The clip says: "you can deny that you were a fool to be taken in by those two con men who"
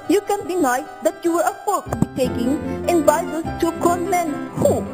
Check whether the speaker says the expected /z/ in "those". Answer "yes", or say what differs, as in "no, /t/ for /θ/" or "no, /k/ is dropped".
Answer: no, /z/ is dropped